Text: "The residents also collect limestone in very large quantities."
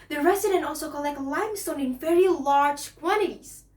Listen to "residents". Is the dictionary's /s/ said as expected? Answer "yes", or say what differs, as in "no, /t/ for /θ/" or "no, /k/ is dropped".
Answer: no, /s/ is dropped